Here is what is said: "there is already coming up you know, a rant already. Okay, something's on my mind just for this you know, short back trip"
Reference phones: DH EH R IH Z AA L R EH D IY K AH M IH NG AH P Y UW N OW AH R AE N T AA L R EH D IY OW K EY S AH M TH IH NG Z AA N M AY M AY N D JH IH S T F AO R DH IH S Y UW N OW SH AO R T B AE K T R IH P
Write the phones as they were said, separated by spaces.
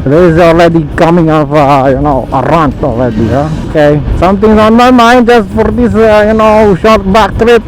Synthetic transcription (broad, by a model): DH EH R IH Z AA L R EH D IY K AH M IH NG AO F Y UW N OW AH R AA N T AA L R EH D IY OW K EY S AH M T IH NG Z AA N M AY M AY N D JH IH S T F AO R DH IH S Y UW N OW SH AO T B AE K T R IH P